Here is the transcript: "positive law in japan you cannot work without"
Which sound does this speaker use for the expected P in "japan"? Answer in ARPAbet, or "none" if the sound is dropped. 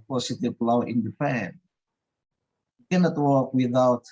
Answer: F